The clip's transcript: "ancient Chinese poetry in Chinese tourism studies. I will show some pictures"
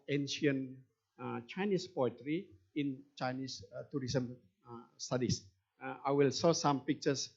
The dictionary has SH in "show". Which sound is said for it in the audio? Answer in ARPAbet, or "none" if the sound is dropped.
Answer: S